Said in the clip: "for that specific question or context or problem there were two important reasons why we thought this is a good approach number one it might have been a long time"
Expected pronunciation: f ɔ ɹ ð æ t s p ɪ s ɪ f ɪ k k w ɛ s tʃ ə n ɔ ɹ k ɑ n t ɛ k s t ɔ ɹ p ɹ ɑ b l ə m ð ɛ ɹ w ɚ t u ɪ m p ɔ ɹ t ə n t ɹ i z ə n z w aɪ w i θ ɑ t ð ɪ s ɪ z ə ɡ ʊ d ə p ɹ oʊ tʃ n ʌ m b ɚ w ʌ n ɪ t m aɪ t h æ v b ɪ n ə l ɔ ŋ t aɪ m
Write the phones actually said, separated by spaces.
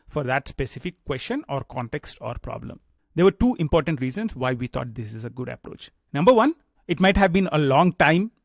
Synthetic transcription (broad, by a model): f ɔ ɹ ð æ t s p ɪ s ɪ f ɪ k k w ɛ s tʃ ə n ɔ ɹ k ɑ n t ɛ k s t ɔ ɹ p ɹ ɑ b l ə m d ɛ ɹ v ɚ t u ɪ m p ɔ ɹ t ə n t ɹ i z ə n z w aɪ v i t ɑ t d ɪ s ɪ z ə ɡ ʊ d ə p ɹ oʊ tʃ n ʌ m b ɚ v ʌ n ɪ t m aɪ t h æ v b ɪ n ə l ɔ ŋ t aɪ m